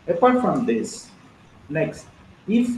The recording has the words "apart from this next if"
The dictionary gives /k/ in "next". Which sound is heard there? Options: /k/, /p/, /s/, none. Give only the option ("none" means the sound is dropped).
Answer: /k/